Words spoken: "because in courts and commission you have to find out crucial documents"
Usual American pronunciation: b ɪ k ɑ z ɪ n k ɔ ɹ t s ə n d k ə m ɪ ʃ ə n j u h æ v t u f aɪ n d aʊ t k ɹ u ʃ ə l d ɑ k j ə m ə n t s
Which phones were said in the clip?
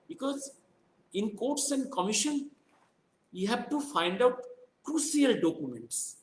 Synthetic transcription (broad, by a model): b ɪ k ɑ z ɪ n k ɔ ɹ t s ə n d k ə m ɪ ʃ ə n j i h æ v t u f aɪ n d aʊ t k ɹ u s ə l d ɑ k j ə m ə n t s